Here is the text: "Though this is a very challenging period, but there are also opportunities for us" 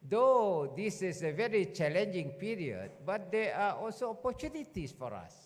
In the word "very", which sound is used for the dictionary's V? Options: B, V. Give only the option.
V